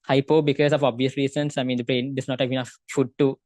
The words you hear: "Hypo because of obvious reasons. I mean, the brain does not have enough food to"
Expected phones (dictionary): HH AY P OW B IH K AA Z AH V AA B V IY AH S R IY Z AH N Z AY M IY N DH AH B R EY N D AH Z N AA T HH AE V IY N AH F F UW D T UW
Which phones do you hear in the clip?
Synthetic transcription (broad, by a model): HH AY P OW B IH K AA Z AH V AA B V IY AH S R IY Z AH N S AY M IY N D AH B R EY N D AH S N AA T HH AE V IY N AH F F UW D T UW